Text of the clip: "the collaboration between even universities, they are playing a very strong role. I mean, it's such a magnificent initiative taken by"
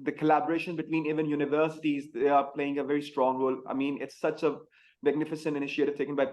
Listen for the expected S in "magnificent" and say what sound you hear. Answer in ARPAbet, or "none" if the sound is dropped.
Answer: S